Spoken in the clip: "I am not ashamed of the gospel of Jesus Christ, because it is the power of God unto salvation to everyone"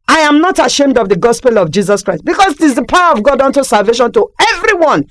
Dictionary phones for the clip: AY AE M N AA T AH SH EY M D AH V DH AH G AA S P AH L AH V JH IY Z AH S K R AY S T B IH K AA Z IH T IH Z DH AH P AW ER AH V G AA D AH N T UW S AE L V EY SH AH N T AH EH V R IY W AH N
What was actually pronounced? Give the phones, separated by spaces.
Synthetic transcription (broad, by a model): AY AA M N AA T AH SH EY M D AH V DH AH G AA S P AH L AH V JH IY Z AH S K R AY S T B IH K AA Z IH T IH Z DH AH P AW ER AH V G AA D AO N T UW S AE L V EY SH AH N T AH EH V R IY W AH N